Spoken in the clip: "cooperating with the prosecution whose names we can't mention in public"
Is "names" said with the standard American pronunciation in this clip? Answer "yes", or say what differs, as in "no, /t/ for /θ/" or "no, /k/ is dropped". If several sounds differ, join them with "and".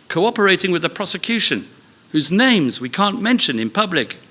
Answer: yes